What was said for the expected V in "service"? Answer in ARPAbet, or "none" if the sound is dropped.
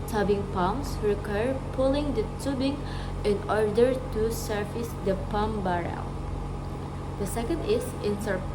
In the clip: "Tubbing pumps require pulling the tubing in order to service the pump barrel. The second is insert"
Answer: F